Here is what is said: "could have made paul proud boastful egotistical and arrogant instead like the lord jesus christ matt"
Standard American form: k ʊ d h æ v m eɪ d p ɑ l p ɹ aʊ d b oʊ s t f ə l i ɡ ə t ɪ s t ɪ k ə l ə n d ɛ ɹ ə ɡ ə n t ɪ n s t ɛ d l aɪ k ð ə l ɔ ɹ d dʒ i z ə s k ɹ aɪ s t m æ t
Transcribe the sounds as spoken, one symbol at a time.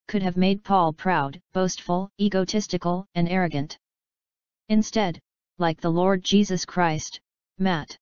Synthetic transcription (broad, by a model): k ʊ d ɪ v m eɪ d p ɑ l p ɹ aʊ d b oʊ s t f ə l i ɡ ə t ɪ s t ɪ k l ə n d ɛ ɹ ə ɡ ə n t ɪ n s t ɛ d l aɪ k ð ə l ɔ ɹ d dʒ i z ə s k ɹ aɪ s t m æ t